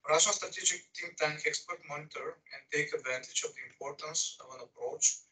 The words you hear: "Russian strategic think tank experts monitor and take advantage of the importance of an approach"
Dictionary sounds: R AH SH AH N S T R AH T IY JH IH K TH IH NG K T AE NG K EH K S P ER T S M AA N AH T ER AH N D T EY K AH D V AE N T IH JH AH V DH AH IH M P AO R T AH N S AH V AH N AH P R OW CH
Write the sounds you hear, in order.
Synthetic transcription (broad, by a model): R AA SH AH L S T R AH T IY JH IH K T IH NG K T AE NG K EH K S P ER T M AA N AH T ER AH N D T EY K AH D V AE N T IH JH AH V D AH IH M P AO R T AH N S AH V AH N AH P R OW CH